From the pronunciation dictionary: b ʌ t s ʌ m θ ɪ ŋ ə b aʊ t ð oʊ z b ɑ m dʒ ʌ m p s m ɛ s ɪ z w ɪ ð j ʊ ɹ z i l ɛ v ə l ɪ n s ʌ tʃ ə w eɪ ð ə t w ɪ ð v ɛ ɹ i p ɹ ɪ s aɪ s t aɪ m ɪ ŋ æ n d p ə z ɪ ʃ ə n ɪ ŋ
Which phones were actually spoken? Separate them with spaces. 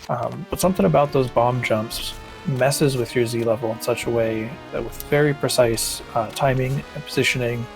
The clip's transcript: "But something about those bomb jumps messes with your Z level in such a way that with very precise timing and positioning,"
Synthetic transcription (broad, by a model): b ʌ t s ʌ m θ ɪ ŋ ə b aʊ t ð oʊ z b ɑ m dʒ ʌ m p s m ɛ s ɪ z w ɪ ð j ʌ ɹ z i l ɛ v l ɪ n s ʌ tʃ ə w eɪ ð ə t w ɪ ð v ɛ ɹ i p ɹ ɪ s aɪ s t aɪ m ɪ ŋ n p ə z ɪ ʃ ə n ɪ ŋ